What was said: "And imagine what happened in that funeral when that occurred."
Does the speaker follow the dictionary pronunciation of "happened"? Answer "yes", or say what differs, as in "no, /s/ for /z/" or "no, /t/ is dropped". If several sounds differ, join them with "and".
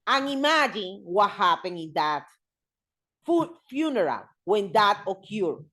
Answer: no, /d/ is dropped